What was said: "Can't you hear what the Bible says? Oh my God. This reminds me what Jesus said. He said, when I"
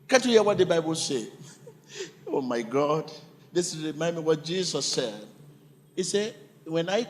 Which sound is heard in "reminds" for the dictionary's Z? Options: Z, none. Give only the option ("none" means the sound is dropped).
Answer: none